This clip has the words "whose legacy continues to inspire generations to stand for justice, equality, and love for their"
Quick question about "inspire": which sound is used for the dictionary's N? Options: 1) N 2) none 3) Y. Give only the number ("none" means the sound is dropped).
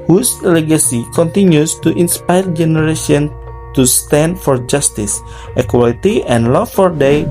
1